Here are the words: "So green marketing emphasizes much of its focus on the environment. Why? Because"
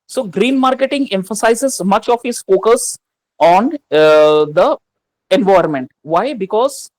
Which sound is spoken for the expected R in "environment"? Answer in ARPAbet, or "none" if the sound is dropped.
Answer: none